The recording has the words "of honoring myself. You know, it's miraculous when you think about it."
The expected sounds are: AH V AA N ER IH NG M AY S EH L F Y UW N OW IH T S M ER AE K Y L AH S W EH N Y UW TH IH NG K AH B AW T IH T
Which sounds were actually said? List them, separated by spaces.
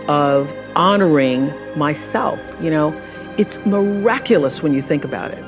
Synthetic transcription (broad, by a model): AH V AA N ER IH NG M AY S EH L F Y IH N OW IH T S M ER AE K Y L AH S W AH N Y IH TH IH NG K AH B AW T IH T